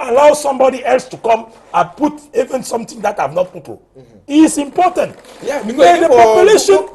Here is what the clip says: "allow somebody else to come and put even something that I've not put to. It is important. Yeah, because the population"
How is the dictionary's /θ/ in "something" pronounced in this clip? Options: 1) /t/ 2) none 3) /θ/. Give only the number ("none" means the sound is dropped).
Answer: 1